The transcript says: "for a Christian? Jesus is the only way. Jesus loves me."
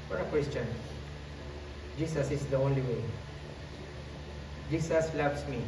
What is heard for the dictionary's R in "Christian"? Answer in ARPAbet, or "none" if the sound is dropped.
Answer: W